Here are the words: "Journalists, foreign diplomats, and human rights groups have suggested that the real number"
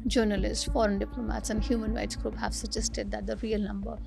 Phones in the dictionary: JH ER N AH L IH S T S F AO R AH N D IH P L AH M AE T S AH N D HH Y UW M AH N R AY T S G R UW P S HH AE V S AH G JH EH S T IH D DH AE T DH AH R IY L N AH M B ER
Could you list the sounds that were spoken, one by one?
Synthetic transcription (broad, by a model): JH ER N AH L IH S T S F AO R AH N D IH P L AH M AE T S AH N D HH Y UW M AH N R AY T S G R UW P HH AE V S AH JH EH S T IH D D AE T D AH R IY L N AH M B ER